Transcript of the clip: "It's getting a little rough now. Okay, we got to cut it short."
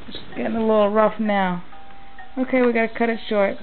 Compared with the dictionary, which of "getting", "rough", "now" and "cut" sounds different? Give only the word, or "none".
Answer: none